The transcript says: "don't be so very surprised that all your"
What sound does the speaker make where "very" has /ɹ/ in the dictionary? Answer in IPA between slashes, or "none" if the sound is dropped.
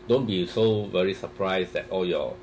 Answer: /ɹ/